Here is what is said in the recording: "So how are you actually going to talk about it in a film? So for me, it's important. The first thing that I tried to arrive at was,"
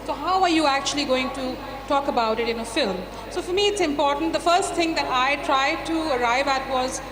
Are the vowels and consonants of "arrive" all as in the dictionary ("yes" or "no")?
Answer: yes